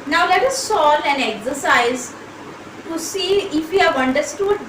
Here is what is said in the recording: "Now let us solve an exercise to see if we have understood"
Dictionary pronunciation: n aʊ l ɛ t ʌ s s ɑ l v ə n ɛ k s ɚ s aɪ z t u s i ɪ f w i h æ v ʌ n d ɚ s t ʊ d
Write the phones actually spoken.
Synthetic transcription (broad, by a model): n aʊ l ɛ t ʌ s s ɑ l ə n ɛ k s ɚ s aɪ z t u s i ɪ f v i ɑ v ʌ n d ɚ s t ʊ d